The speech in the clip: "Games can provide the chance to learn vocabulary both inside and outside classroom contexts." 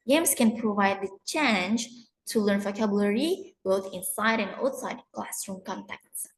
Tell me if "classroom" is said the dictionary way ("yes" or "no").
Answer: no